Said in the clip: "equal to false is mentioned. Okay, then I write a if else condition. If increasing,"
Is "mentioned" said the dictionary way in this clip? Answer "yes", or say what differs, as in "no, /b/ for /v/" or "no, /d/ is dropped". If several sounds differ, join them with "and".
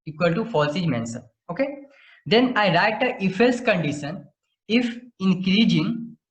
no, /s/ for /ʃ/